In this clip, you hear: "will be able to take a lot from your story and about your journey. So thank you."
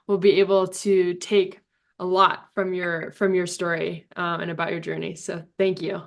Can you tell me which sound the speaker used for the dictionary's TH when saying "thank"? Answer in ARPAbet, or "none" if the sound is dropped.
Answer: TH